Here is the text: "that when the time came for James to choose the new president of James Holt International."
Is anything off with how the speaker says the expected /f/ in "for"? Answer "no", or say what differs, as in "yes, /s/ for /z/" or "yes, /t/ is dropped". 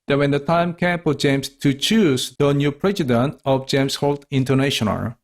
yes, /p/ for /f/